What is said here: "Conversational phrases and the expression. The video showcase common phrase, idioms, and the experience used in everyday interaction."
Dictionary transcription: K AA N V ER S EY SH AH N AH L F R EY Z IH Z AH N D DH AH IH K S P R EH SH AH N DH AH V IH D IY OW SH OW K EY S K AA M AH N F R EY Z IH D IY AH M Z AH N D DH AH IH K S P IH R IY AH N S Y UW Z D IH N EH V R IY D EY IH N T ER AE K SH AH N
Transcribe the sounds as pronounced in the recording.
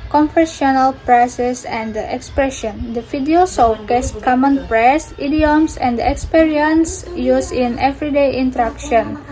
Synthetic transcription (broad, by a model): K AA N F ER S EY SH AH N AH L P R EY S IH S AH N D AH IH K S P R EH SH AH N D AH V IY D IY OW S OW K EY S K AA M AH N P R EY S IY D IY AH M S AH N D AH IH K S P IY R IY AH N S Y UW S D IH N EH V R IY D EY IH N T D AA K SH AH N